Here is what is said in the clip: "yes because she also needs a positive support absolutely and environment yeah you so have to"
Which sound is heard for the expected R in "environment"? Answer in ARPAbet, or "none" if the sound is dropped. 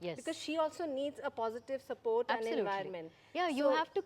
none